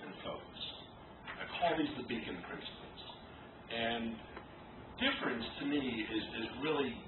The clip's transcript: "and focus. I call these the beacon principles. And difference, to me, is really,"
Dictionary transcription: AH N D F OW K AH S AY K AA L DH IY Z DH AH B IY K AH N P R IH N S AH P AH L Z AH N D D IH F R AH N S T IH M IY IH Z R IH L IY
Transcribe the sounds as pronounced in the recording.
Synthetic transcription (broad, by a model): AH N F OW AH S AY K AA L DH IY Z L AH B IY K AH N P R IH N S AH P L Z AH N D D IH F R AH N S T IH M IY IH Z R IH L IY